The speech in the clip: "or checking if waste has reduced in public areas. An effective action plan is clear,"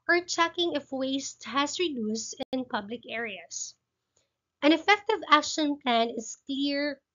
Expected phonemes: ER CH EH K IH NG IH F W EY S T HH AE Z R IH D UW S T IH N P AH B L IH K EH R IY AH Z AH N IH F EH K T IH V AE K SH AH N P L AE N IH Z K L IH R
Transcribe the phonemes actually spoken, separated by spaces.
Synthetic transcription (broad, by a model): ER CH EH K IH NG IH F W EY S T HH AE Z R IH D UW S T IH N P AH B L IH K EH R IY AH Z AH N IH F EH K T IH V AE K SH AH N P L AE N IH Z K L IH R